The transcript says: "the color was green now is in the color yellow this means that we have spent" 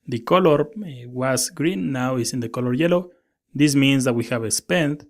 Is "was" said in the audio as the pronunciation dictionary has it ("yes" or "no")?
no